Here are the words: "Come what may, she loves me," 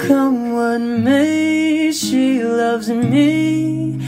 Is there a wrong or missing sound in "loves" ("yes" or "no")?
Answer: no